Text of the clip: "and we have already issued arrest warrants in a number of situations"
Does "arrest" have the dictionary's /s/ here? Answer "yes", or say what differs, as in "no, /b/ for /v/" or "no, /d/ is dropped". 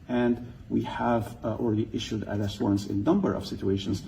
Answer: no, /s/ is dropped